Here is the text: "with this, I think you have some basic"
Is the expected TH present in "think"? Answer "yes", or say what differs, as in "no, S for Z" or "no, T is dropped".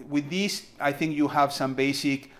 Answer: yes